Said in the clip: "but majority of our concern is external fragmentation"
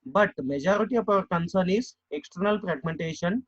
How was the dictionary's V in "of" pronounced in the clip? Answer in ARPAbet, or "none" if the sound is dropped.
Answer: P